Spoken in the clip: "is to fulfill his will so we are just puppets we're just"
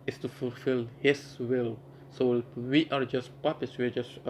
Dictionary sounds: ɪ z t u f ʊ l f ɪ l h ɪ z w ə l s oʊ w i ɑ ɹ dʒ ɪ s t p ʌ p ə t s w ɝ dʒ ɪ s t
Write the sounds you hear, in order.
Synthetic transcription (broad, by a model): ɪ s t u f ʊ l f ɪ l h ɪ s w ə l s oʊ w i ɑ ɹ dʒ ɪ s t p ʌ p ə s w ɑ dʒ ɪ s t